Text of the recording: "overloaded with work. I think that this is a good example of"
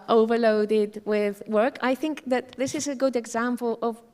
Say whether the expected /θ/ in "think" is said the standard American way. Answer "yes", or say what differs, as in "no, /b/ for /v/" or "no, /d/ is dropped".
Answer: yes